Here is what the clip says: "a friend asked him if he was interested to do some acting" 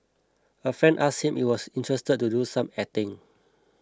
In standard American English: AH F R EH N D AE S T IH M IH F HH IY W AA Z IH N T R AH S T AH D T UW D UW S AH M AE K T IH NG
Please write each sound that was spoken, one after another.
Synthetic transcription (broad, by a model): AH F R EH N D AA S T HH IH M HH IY W AA S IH N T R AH S T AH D T UW D UW S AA M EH T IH NG